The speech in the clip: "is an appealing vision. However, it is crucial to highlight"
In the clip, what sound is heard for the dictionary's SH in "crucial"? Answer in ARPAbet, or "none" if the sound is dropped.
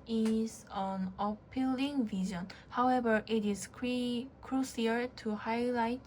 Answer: S